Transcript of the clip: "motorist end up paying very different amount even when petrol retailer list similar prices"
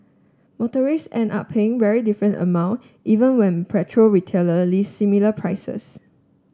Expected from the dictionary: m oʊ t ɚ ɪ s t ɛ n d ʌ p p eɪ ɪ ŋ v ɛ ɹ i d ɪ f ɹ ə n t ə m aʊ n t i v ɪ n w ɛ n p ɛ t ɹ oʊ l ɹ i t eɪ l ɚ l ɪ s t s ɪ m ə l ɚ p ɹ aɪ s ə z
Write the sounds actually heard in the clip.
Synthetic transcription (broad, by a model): m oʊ t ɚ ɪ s ɛ n ɑ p p eɪ ɪ ŋ v ɛ ɹ i d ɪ f ɹ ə n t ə m aʊ n t i v ɪ n w ɛ n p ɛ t ɹ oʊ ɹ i t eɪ l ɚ l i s s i m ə l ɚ p ɹ aɪ s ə s